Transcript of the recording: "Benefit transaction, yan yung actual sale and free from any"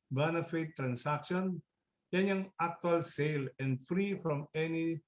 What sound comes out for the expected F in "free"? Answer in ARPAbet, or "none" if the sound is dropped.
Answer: F